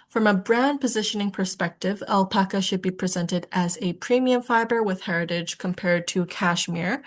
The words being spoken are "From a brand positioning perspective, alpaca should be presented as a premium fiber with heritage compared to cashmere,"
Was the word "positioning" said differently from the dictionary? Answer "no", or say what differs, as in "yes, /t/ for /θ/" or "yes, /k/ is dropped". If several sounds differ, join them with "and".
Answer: no